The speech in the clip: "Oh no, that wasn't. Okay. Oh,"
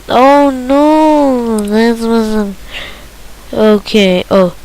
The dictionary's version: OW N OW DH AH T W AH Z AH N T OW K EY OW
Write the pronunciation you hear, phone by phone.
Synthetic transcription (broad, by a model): OW N OW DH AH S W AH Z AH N OW K EY OW